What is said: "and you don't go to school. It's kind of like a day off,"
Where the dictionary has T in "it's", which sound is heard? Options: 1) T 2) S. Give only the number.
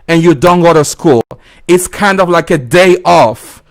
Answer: 1